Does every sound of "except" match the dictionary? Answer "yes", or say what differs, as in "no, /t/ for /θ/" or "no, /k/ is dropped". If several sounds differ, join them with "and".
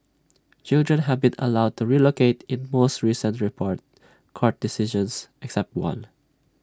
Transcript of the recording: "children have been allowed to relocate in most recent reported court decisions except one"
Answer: yes